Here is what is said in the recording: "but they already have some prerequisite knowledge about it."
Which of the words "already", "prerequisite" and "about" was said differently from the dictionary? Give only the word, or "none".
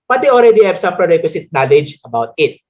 prerequisite